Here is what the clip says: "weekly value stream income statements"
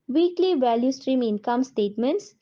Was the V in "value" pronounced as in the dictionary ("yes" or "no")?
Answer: yes